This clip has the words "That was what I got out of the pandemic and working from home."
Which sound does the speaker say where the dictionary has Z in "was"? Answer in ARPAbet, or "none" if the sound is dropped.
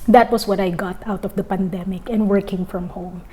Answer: S